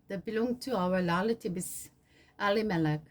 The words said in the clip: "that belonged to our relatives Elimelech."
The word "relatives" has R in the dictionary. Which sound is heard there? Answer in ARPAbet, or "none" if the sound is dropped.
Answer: L